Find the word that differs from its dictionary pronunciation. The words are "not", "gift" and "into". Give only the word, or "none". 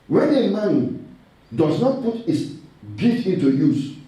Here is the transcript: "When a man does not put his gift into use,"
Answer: gift